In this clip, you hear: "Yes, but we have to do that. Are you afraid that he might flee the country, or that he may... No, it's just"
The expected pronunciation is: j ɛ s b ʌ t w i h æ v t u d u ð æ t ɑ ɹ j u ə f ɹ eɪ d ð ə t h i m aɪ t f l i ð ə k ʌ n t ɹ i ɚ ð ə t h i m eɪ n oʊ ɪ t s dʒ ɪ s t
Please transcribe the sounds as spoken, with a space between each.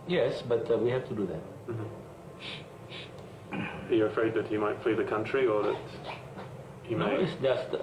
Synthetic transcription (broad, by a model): j ɛ s b ʌ t w i h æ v t u d u ð æ t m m j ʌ ə f ɹ eɪ d ð ə t h i m aɪ t f l i ð ə k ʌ n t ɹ i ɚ ð ə t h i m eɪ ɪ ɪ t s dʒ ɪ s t